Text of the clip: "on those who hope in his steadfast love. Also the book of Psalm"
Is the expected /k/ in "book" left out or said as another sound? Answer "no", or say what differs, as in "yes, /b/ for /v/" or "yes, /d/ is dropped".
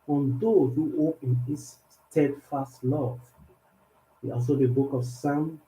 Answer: no